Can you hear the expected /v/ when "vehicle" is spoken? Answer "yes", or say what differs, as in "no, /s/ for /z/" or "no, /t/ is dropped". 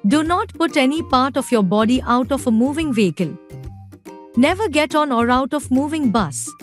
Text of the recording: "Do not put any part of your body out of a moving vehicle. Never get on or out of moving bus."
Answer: yes